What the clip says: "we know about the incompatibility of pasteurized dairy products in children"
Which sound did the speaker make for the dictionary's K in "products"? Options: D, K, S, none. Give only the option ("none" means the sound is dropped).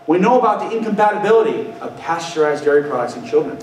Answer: none